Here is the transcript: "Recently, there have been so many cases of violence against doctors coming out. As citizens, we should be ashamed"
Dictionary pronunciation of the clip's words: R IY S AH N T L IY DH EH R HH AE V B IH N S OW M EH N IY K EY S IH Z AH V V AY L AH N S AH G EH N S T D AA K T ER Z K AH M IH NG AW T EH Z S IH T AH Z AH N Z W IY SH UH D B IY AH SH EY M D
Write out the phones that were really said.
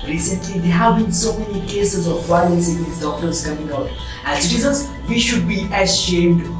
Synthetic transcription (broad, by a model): R IY S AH N T L IY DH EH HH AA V B IH N S OW M EH N IY K EY S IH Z AH V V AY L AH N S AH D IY S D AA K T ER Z K AH M IH NG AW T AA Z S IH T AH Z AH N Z W IY SH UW D B IY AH SH EY M D